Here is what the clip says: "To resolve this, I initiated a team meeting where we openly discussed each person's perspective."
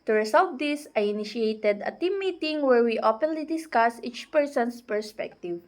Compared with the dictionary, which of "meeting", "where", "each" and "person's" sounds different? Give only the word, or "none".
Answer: person's